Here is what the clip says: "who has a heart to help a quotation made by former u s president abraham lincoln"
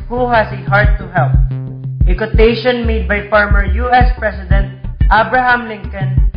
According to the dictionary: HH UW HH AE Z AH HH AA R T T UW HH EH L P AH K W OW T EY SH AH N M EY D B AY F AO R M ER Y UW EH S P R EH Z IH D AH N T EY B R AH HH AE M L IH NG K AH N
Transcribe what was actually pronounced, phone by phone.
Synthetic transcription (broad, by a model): HH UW HH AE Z AH HH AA R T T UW HH EH L P AH K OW T EY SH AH N M EY D B AY F AO R M ER Y UW EH S P R EH S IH D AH N T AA B R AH HH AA M L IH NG K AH N